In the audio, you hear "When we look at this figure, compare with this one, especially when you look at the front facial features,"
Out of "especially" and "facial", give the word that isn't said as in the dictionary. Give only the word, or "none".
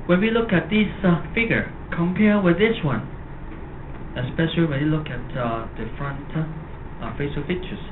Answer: facial